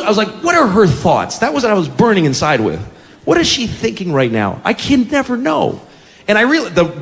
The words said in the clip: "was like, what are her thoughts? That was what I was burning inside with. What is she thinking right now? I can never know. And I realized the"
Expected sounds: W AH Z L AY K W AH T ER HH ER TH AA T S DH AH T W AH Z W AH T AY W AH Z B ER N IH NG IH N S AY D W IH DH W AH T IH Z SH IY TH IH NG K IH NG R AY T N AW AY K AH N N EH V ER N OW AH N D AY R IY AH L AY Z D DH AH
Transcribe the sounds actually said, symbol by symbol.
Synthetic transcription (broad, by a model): W AH Z L AY K W AH T ER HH ER TH AA T S DH AH T W AH Z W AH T AY W AH Z B ER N IH NG IH N S AY D W IH DH W AH T IH Z SH IY TH IH NG K IH NG R AY T N AW AY K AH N N EH V ER N OW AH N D AY R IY L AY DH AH